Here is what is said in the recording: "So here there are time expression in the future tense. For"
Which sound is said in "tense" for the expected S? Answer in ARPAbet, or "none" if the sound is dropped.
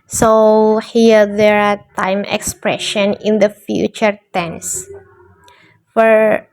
S